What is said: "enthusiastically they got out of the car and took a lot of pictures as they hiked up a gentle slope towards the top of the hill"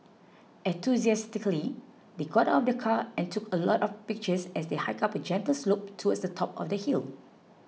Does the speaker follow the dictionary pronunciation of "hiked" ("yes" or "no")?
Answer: no